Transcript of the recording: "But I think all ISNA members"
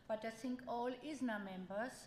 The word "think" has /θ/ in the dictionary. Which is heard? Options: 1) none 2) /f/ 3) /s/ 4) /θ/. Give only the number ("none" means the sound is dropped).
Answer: 3